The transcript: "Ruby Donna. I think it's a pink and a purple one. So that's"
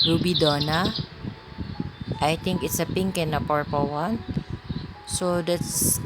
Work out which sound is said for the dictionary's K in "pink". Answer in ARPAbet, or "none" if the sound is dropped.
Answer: K